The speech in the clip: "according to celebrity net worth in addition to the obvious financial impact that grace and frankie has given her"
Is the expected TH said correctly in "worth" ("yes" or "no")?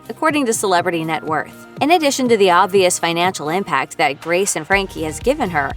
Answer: yes